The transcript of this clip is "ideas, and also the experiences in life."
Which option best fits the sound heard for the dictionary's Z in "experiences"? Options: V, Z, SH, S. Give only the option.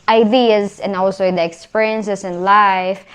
S